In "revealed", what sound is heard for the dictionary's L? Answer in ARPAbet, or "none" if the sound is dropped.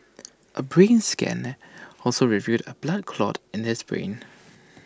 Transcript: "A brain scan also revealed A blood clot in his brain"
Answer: none